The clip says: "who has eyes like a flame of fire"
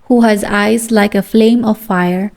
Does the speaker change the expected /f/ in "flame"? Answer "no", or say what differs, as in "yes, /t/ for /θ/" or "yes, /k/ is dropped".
no